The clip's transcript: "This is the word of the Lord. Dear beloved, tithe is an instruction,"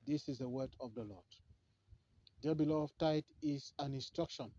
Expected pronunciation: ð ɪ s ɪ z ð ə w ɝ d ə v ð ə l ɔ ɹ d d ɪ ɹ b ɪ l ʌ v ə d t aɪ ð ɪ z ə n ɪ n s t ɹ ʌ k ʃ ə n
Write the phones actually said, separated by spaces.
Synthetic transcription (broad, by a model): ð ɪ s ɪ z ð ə w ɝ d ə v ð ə l ɔ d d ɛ b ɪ l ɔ ə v t aɪ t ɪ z ə n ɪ n s t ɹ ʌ k ʃ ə n